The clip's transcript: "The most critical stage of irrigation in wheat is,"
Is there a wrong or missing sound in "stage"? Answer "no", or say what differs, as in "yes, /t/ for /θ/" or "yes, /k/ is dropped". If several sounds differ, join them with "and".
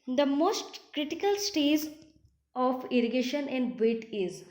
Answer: yes, /z/ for /dʒ/